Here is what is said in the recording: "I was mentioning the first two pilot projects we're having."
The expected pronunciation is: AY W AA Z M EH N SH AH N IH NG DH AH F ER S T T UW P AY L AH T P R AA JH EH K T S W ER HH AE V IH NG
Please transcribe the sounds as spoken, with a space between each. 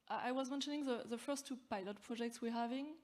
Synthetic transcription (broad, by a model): AY W AA Z M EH N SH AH N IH NG DH AH F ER S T T UW P AY L AH T P R AA JH EH K T S W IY HH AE V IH NG